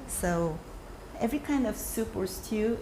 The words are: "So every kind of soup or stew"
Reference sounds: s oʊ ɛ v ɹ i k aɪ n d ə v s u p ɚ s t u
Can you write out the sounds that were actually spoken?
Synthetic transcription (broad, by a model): s oʊ ɛ v ɹ i k aɪ n d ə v s u p ɚ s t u